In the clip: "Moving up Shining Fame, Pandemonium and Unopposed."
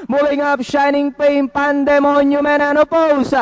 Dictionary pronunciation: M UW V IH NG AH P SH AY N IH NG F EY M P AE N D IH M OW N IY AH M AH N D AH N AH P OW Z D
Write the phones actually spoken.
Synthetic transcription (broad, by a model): M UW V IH NG AH P SH AY N IH NG P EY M P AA N D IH M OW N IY M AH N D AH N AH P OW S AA